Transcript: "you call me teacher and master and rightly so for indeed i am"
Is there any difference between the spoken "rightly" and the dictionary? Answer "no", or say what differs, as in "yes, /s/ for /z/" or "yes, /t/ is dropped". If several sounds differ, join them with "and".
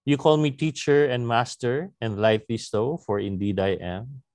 yes, /l/ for /ɹ/